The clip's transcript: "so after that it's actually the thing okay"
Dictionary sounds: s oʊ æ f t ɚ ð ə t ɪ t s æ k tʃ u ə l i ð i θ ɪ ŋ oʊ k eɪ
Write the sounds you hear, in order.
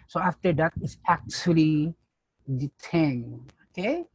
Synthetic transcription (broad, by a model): s oʊ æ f t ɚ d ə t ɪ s æ k tʃ u ə l i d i t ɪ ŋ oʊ k eɪ